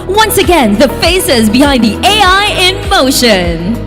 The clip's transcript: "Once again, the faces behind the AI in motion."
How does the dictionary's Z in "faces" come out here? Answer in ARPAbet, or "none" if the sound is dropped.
Z